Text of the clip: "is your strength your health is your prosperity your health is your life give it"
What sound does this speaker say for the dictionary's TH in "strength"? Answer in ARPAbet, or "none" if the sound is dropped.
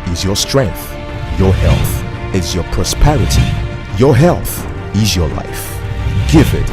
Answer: TH